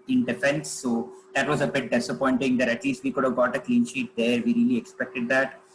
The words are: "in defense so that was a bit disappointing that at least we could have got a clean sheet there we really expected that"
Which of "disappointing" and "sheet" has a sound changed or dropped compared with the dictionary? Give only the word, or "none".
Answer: none